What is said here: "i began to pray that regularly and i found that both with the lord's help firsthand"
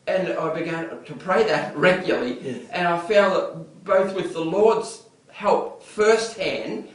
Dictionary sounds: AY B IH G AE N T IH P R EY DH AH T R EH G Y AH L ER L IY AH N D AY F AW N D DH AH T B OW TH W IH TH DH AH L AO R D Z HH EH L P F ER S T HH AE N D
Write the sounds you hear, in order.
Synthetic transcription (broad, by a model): AY B IH G AE N T IH P R EY DH AH T R EH G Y L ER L IY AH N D AY F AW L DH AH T B OW TH W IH DH AH L AO R D Z HH EH L P F ER S T HH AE N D